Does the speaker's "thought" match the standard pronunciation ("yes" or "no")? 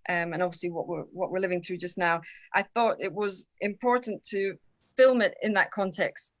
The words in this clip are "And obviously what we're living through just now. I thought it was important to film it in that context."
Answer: yes